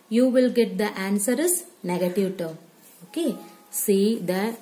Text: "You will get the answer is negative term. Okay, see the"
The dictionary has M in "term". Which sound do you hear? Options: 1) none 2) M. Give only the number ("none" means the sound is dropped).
1